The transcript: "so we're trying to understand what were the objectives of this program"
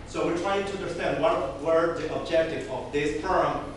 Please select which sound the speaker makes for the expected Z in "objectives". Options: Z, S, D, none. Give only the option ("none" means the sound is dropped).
none